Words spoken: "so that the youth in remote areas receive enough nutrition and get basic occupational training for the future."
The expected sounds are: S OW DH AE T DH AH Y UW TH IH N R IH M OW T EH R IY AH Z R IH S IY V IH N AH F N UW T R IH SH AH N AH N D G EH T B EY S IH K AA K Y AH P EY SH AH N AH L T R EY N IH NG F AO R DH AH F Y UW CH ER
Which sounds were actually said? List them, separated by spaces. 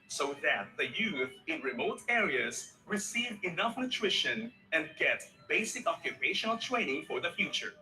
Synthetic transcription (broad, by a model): S OW DH AE T DH AH Y UW TH IH N R IH M OW T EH R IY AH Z R IH S IY V IH N AH F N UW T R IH SH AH N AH N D G EH T B EY S IH K AA K Y AH P EY SH AH N AH L T R EY N IH NG F AO R DH AH F Y UW CH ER